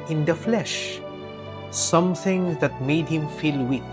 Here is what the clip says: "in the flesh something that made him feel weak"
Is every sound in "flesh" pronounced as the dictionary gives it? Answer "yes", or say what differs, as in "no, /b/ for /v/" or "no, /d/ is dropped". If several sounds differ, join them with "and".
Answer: yes